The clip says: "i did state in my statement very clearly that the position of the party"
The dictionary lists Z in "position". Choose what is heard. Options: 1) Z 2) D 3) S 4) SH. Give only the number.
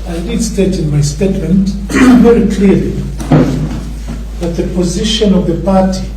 1